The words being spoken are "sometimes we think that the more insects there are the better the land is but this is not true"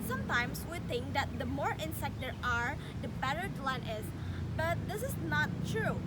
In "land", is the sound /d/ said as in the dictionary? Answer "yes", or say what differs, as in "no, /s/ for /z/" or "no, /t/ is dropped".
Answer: no, /d/ is dropped